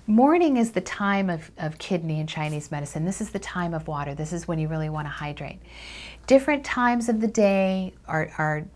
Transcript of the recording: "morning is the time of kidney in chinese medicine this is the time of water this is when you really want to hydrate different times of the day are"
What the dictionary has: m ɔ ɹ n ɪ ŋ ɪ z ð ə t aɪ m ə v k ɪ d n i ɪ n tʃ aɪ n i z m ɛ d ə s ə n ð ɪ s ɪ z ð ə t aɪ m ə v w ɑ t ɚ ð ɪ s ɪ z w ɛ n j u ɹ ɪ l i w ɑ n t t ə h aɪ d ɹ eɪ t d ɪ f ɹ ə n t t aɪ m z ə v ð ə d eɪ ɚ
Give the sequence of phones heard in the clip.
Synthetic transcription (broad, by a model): m ɔ ɹ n ɪ ŋ ɪ z ð ə t aɪ m ə v k ɪ d n i ɪ n tʃ aɪ n i z m ɛ d ə s ə n ð ɪ s ɪ z ð ə t aɪ m ə v w ɑ t ɚ ð ɪ s ɪ z w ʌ n j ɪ ɹ ɪ l i w ɑ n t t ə h aɪ d ɹ eɪ t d ɪ f ɹ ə n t t aɪ m z ə v ð ə d eɪ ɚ